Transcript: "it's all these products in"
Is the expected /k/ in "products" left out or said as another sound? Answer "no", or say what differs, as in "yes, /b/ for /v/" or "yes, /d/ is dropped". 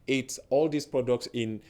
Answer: no